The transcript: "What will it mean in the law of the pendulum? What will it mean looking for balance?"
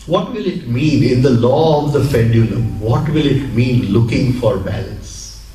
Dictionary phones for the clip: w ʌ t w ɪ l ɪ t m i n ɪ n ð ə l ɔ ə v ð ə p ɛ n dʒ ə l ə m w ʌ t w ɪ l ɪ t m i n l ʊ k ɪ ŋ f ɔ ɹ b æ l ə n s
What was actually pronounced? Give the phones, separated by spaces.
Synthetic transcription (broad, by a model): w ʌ t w ɪ l ɪ t m i n ɪ n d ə l ɔ ə v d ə f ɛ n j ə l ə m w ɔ t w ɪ l ɪ t m i n l ʊ k ɪ ŋ f ɔ ɹ b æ l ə n s